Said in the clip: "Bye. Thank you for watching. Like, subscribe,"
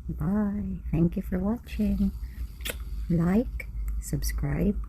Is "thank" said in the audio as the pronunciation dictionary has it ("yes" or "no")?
yes